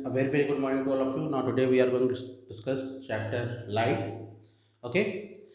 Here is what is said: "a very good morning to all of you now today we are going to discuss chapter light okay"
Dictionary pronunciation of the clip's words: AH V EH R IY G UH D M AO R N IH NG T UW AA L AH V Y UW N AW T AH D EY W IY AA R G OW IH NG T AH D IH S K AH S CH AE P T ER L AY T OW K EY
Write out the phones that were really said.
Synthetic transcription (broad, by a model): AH V EH R IY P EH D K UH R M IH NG T UW AA L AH F Y UW N AW T AH D EY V IY AA R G OW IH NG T D IH S K AH S CH AE P T ER L AY T OW K EY